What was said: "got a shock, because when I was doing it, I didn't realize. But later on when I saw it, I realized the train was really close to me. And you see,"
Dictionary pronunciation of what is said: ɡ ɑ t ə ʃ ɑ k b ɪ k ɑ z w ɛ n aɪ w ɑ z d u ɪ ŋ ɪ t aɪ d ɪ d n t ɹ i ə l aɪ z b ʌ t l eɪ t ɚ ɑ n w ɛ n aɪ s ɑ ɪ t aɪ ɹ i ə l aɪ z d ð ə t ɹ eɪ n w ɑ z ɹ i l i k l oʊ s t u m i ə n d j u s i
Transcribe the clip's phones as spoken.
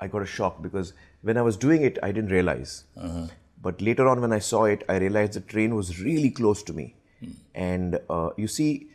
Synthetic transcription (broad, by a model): ɡ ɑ t ə ʃ ɑ k b ɪ k ɑ z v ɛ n aɪ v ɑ z d u ɪ ŋ ɪ t aɪ d ɪ d n t ɹ i ə l aɪ z b ʌ t l eɪ t ɚ ɑ n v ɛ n aɪ s ɑ ɪ t aɪ ɹ i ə l aɪ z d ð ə t ɹ eɪ n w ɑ z ɹ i l i k l oʊ s t u m i ə n d j u s i